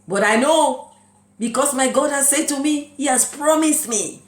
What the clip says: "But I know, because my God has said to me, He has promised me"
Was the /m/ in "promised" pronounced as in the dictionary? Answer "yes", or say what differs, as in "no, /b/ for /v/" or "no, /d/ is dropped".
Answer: yes